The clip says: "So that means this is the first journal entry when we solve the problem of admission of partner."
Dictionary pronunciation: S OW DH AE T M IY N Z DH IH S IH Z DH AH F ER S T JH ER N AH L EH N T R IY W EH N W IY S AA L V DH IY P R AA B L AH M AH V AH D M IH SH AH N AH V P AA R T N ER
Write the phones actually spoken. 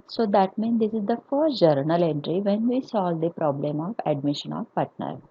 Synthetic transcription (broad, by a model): S OW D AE T M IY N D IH S IH Z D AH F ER S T JH ER N AH L EH N T R IY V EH N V IY S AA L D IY P R AA B L AH M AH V AH D M IH SH AH N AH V P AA R T N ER